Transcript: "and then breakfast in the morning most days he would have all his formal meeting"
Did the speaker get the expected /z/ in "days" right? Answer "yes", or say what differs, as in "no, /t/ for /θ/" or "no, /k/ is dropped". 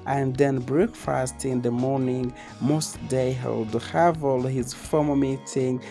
no, /z/ is dropped